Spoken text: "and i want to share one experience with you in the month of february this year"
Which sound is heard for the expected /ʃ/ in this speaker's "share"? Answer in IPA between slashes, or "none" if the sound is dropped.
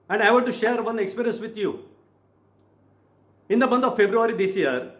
/ʃ/